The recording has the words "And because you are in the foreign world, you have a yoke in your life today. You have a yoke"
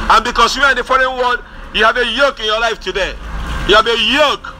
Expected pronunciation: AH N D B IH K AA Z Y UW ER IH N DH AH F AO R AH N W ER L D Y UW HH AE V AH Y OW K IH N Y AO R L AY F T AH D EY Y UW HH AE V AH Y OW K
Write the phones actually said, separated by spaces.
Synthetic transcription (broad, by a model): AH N B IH K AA S Y UW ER IH N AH F AO R AH N W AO D Y UW HH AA V AH Y OW K IH N Y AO L AY F T AH D EY Y UW HH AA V AH Y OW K